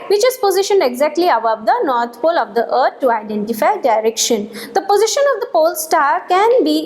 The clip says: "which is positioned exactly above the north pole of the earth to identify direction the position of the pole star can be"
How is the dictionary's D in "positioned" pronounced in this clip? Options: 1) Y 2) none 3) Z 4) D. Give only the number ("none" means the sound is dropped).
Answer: 4